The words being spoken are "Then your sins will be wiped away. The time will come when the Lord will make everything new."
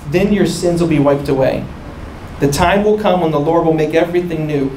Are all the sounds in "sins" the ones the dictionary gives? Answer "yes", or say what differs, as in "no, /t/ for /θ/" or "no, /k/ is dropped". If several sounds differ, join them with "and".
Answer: yes